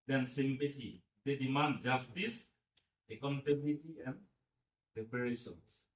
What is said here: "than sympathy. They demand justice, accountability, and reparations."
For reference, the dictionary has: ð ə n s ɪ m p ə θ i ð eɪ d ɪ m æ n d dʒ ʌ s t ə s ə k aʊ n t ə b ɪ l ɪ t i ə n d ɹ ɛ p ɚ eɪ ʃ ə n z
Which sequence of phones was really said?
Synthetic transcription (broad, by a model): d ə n s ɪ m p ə t i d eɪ d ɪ m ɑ n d dʒ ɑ s t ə s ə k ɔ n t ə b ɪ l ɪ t i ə n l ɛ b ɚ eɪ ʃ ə n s